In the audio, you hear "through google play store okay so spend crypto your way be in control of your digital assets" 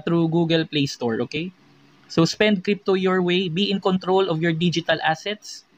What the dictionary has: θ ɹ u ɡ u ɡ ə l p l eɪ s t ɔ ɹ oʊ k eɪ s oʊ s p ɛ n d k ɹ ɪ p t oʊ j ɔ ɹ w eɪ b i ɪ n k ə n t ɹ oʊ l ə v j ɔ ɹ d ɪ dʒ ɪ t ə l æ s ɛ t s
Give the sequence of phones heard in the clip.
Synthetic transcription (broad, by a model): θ ɹ u ɡ u ɡ ə l p l eɪ s t ɔ ɹ oʊ k eɪ s oʊ s p ɛ n d k ɹ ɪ p t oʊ j ɔ ɹ w eɪ b i ɪ n k ə n t ɹ oʊ l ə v j ɔ ɹ d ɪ dʒ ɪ t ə l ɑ s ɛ t s